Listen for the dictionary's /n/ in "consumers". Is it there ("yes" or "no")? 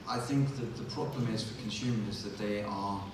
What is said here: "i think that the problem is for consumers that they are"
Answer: yes